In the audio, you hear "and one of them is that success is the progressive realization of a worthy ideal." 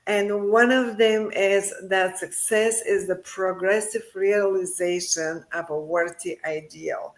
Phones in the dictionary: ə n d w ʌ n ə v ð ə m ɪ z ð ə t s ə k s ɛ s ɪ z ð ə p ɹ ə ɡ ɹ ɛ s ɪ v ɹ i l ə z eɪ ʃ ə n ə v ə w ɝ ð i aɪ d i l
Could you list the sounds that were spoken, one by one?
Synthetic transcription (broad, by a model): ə n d w ʌ n ə v ð ə m ɪ z ð ə t s ə k s ɛ s ɪ z ð ə p ɹ ə ɡ ɹ ɛ s ɪ v ɹ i l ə z eɪ ʃ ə n ə v ə w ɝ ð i aɪ d i l